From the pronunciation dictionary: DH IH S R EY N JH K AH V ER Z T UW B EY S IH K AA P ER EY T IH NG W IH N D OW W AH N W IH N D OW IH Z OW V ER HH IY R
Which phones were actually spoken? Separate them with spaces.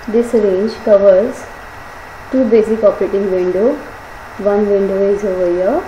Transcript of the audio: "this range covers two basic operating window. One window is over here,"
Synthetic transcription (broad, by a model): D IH S R EY N JH K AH V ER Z T UW B EY S IH K AA P ER EY T IH NG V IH N D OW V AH N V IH N D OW IH Z OW V ER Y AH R